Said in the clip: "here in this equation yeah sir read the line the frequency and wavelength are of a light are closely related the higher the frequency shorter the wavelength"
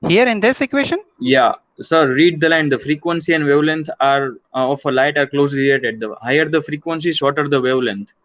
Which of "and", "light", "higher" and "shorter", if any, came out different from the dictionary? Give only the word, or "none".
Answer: shorter